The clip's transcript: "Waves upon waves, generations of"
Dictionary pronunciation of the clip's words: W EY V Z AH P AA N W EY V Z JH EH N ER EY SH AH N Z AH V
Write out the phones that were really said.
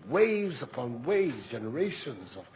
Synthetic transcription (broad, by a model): W EY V Z AH P AA N W EY V Z JH EH N ER EY SH AH N Z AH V